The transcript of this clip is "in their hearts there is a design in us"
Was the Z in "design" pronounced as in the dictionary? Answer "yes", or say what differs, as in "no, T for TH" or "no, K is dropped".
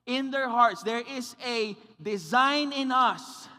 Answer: yes